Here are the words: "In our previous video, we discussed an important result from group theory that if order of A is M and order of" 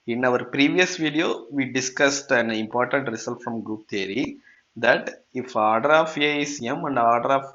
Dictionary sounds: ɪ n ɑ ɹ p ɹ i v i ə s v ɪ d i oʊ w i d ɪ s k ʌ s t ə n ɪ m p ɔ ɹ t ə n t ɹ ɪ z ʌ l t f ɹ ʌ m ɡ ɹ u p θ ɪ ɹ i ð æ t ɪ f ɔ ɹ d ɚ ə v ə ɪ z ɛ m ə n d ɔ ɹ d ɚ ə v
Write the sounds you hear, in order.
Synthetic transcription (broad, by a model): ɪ n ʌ ɹ p ɹ i v i ə s v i d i oʊ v i d ɪ s k ʌ s t ə n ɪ m p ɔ ɹ t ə n t ɹ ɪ s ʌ l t f ɹ ʌ m ɡ ɹ u p t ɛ ɹ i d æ t ɪ f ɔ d d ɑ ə ə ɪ s ɛ m ə n d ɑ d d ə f